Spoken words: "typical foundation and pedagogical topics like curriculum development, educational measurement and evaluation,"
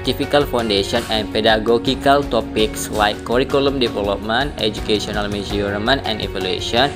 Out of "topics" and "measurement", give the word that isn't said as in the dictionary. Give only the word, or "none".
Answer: measurement